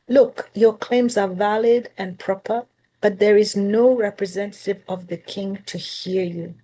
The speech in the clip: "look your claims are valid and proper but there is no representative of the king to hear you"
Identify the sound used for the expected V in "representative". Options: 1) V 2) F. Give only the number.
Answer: 1